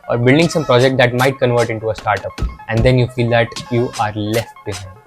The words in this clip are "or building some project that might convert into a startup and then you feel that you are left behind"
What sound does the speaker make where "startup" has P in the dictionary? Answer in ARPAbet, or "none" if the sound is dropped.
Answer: P